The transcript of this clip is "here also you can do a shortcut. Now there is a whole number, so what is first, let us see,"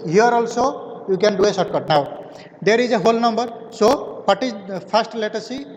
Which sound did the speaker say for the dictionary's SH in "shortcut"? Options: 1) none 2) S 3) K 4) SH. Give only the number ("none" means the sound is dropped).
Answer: 2